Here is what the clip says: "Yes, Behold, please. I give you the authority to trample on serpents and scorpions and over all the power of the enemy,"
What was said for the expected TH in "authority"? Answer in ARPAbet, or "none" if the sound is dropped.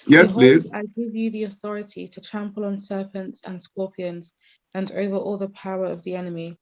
TH